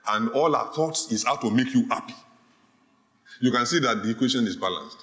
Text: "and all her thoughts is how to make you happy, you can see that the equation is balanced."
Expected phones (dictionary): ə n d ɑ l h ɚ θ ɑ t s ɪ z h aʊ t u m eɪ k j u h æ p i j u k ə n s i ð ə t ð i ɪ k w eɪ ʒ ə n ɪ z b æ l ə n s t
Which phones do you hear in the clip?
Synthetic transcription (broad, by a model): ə n d ɑ l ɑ θ ɑ t s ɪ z h aʊ t u m eɪ k j u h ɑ p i j u k ə n s i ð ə t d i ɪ k w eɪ ʃ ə n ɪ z b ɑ l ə n s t